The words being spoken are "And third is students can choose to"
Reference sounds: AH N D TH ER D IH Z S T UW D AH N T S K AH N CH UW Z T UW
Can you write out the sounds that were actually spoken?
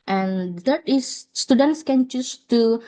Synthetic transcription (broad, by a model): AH N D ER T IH S T UW D AH N T S K AH N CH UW S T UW